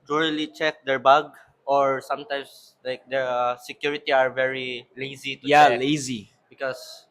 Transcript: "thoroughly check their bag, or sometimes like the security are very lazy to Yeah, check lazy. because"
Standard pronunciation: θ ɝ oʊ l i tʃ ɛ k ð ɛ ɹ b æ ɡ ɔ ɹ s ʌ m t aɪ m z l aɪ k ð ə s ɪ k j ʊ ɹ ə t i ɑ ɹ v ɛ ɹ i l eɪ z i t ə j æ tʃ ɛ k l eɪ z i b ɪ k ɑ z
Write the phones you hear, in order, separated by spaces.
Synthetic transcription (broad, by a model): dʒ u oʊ l i tʃ ɛ k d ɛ ɹ b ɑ ɡ ɔ ɹ s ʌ m t aɪ m s l aɪ k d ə s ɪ k j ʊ ɹ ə t i ɑ ɹ v ɛ ɹ i l eɪ z i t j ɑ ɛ l eɪ z i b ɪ k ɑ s